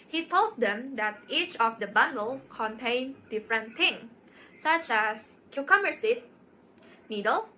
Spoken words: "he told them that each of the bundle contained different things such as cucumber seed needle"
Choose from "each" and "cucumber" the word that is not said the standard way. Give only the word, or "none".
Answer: cucumber